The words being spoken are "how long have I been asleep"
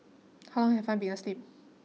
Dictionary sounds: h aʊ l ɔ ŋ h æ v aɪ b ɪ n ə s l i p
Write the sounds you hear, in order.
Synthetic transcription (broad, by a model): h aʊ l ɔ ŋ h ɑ f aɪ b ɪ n ə s l i p